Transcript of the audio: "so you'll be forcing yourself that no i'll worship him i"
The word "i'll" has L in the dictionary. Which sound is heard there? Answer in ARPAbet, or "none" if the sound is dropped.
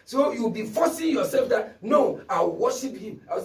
W